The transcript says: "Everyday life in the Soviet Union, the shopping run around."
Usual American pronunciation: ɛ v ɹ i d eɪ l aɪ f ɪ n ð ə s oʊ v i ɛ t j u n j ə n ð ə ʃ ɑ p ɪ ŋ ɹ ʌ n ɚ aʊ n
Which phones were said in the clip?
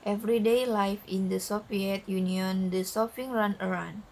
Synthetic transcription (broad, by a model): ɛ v ɹ i d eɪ l aɪ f ɪ n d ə s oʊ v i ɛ t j u n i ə n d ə s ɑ f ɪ ŋ ɹ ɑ n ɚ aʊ n